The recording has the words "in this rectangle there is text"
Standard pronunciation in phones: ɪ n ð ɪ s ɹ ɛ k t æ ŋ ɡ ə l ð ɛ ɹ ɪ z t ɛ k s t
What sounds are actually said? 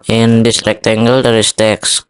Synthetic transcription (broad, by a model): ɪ n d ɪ s ɹ ɛ k t æ ŋ ɡ ə l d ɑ ɹ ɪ s t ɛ k s